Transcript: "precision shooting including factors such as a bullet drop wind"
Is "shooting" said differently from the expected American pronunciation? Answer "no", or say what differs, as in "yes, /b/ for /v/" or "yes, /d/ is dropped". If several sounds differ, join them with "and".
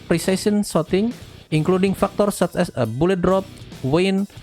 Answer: yes, /s/ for /ʃ/